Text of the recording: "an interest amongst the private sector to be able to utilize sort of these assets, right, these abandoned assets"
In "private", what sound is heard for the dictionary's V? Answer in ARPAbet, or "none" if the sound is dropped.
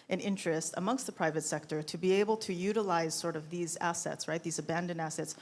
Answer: V